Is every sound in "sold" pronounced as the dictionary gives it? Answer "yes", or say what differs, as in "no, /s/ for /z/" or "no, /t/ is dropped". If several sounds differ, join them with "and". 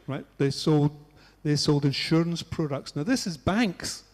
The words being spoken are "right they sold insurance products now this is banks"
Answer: yes